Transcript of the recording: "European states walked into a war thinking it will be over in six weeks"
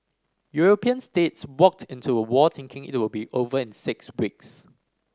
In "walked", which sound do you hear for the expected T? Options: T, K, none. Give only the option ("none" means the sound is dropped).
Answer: T